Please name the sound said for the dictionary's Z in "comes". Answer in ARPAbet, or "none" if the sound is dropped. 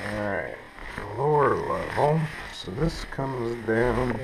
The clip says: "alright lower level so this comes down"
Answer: Z